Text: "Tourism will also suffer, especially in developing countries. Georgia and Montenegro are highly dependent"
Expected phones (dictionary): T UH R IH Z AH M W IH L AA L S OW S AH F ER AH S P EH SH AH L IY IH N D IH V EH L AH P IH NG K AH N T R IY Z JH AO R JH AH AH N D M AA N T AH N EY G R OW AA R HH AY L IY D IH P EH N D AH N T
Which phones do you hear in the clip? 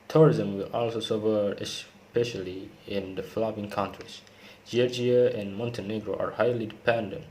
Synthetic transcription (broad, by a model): T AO R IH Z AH M W IH L AA L S OW S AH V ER AH S P EH SH AH L IY IH N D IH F L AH B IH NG K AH N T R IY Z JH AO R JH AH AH N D M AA N T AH N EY G R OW AA R HH AY L IY D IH P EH N D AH N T